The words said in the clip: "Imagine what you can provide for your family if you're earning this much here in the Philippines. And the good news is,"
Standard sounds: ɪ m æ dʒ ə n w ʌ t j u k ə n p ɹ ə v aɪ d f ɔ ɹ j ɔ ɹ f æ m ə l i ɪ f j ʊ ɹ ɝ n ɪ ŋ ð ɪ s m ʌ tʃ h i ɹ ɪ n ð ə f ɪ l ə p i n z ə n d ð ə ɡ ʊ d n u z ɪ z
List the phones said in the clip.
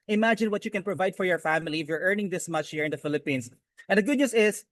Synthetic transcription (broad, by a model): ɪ m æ dʒ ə n w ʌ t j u k ə n p ɹ ə v aɪ d f ɔ ɹ j ɔ ɹ f æ m ə l i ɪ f j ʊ ɹ ɝ n ɪ ŋ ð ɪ s m ʌ tʃ h i ɹ ɪ n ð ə f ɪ l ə p i n s ə n d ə ɡ ʊ d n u s ɪ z